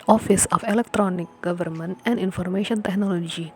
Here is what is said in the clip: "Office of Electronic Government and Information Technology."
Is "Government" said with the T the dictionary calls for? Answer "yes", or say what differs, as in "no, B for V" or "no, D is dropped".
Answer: yes